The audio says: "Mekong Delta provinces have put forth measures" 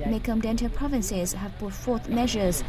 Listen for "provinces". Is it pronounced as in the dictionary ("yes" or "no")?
yes